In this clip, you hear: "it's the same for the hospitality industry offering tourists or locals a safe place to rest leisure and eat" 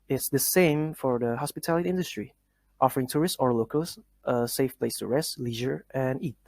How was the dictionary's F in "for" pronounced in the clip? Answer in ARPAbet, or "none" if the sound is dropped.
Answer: F